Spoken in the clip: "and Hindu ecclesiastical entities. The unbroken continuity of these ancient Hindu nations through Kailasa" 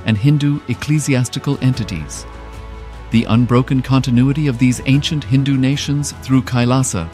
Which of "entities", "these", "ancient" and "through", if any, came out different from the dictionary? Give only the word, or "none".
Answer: none